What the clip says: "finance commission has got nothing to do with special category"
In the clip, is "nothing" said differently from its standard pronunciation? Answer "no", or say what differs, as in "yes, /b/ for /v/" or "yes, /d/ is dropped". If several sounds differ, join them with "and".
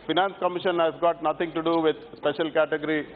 yes, /t/ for /θ/